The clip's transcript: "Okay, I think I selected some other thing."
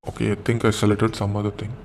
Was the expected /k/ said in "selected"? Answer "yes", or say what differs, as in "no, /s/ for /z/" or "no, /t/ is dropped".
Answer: no, /k/ is dropped